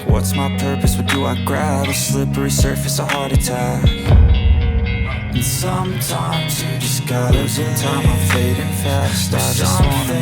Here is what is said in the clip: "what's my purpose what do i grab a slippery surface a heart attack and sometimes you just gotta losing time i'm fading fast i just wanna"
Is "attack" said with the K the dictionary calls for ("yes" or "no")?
no